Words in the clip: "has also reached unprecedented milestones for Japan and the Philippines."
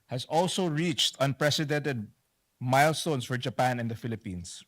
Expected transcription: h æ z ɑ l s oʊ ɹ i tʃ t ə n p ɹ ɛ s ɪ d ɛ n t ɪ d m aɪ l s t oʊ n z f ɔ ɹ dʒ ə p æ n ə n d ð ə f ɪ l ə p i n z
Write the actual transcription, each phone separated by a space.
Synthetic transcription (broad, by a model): h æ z ɑ l s oʊ ɹ i tʃ t ə n p ɹ ɛ s ɪ d ɛ n t ɪ d m aɪ l s t oʊ n s f ɔ ɹ dʒ ə p æ n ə n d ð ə f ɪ l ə p i n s